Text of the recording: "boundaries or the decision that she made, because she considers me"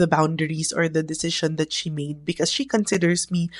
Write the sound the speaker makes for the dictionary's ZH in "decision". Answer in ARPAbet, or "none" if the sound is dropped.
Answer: SH